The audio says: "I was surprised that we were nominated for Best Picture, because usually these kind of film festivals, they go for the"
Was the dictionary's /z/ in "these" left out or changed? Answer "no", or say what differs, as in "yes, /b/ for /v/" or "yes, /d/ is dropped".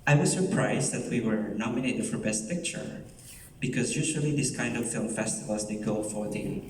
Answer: yes, /s/ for /z/